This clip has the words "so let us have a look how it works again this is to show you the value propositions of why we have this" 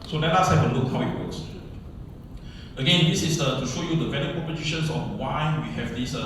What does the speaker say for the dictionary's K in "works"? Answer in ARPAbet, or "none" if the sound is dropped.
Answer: none